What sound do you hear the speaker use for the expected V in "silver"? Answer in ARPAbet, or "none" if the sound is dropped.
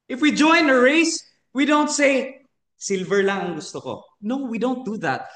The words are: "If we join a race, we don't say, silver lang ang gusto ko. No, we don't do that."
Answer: V